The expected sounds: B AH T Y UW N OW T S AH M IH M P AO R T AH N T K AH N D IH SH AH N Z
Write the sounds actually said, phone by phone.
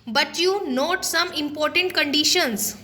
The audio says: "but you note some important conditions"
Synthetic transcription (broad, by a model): B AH T Y UW N OW T S AH M IH M P AO R T AH N T K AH N D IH SH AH N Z